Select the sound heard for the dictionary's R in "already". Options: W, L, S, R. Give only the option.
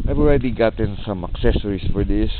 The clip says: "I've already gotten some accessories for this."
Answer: R